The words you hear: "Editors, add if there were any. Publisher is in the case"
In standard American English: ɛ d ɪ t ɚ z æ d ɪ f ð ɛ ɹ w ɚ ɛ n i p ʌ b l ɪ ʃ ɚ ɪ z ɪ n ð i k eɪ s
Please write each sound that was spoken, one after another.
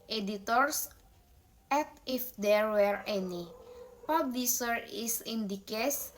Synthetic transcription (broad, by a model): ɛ d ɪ t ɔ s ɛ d ɪ f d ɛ ɹ w ɚ ɛ n i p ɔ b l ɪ s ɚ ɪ s ɪ n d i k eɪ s